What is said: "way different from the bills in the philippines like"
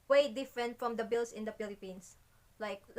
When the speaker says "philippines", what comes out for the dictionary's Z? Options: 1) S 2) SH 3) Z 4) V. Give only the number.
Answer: 1